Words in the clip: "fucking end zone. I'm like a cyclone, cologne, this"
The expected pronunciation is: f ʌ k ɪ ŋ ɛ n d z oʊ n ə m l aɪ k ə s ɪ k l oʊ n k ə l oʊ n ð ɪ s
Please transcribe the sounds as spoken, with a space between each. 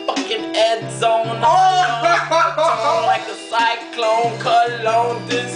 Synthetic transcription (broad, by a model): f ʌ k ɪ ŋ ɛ d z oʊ ə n l aɪ k ə s ɪ k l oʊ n k ə l oʊ n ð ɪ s